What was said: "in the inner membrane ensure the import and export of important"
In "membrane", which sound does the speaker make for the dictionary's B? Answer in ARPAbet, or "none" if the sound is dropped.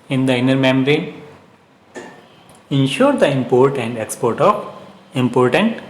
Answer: none